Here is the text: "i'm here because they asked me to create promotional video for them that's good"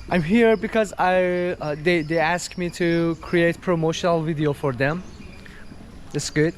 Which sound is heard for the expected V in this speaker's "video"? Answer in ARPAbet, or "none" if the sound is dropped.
V